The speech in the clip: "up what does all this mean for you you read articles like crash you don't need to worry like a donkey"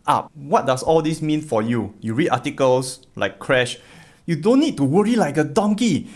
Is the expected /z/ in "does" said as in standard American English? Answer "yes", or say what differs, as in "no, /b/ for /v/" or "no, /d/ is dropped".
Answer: no, /s/ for /z/